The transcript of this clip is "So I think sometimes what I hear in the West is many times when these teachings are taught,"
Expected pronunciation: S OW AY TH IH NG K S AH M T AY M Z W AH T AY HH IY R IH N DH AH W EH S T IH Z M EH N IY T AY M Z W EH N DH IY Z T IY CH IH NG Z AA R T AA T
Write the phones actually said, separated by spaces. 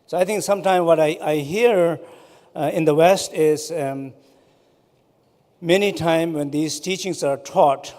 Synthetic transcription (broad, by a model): S OW AY T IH NG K S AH M T AY M W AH T AY HH IY R IH N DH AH W EH S T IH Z M EH N IY T AY M W EH N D IY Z T IY CH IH NG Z AA R T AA T